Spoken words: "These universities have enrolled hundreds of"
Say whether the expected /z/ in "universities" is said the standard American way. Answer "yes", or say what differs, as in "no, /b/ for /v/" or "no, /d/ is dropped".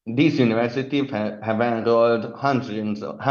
no, /z/ is dropped